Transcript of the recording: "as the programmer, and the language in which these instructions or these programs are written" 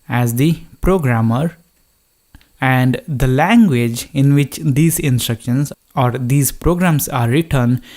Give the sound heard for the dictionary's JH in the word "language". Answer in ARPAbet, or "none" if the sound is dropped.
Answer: JH